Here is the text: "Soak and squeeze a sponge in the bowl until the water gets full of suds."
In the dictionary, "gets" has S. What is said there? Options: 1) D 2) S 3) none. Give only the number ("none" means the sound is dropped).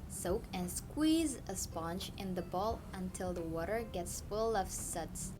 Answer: 2